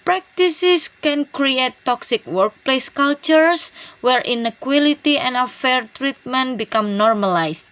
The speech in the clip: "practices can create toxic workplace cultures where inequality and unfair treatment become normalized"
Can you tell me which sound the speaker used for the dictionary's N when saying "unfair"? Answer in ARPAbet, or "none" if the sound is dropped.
none